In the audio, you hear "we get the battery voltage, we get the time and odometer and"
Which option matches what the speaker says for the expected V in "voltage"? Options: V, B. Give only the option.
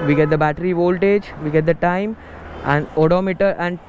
V